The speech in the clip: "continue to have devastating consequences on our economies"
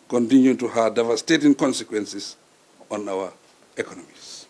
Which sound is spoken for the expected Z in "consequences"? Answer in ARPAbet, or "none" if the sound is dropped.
S